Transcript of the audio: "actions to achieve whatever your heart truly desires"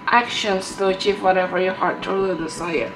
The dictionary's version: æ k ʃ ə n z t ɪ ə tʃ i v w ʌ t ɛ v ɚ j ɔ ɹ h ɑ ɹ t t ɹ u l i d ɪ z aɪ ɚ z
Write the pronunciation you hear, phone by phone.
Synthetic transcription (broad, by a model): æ k ʃ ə n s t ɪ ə tʃ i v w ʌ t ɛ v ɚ j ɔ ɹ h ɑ ɹ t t u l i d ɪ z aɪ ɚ